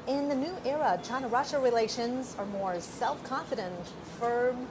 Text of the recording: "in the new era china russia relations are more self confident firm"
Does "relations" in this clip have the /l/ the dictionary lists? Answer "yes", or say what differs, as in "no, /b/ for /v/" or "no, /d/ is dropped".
yes